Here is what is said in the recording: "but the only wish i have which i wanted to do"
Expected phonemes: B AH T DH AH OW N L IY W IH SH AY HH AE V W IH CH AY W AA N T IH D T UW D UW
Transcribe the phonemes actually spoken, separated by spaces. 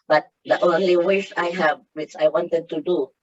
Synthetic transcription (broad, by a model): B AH T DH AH OW N L IY W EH S AY HH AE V W IH CH AY W AA N T IH D T UW D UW